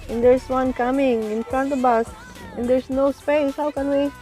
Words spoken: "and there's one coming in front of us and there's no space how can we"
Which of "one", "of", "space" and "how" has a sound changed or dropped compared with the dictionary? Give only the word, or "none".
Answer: of